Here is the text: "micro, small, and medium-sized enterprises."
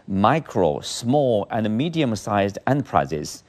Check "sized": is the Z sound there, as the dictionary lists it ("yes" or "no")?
yes